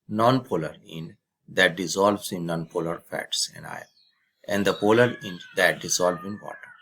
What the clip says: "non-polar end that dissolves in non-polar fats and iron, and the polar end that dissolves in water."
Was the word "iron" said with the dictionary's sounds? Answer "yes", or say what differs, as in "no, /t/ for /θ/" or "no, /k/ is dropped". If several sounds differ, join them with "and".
no, /n/ is dropped